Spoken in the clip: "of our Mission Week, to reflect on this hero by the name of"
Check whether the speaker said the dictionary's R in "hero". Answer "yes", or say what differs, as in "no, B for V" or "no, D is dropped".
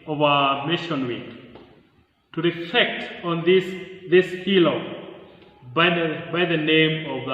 no, L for R